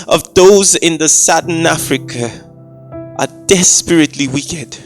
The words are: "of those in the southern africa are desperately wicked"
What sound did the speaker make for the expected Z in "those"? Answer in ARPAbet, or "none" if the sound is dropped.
Z